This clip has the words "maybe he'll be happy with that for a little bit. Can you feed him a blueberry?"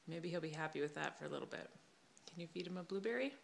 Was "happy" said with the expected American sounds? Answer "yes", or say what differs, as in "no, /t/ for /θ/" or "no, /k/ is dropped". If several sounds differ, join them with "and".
yes